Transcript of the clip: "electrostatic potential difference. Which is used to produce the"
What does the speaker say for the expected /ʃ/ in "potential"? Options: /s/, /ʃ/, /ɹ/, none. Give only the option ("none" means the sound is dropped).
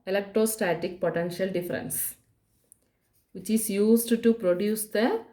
/ʃ/